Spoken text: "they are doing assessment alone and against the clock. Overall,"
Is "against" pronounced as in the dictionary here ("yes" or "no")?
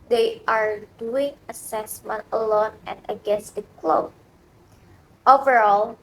yes